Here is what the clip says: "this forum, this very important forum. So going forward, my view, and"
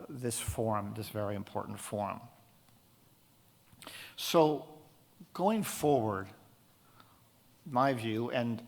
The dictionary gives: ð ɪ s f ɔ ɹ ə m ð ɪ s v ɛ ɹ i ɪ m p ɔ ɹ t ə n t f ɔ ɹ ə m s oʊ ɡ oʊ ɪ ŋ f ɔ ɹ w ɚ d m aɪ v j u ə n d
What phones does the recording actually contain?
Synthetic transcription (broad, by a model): ð ɪ s f ɔ ɹ m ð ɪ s v ɛ ɹ i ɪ m p ɔ ɹ t n t f ɔ ɹ m s oʊ ɡ oʊ ɪ ŋ f ɔ ɹ w ɚ d m aɪ v j u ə n